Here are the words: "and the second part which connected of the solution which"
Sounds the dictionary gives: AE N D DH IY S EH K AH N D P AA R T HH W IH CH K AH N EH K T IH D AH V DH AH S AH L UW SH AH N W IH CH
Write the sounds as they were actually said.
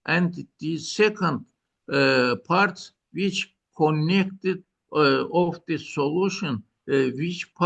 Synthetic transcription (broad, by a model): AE N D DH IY S EH K AH N D P AA R T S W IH CH K AH N EH K T IH D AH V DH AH S AH L UW SH AH N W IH CH